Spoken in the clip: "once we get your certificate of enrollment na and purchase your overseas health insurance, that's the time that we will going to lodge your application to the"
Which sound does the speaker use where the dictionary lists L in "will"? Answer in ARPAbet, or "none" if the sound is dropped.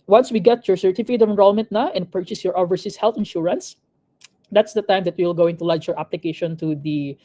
L